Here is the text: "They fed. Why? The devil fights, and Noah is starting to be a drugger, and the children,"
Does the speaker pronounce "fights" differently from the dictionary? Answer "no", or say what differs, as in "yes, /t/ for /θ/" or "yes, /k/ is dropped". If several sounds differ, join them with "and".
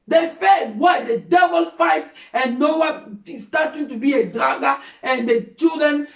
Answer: yes, /s/ is dropped